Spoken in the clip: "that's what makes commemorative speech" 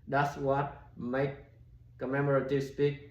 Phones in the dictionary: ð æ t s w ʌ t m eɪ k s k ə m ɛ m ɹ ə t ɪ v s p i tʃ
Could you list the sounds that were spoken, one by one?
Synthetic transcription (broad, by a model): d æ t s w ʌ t m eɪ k k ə m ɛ m ɹ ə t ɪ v s p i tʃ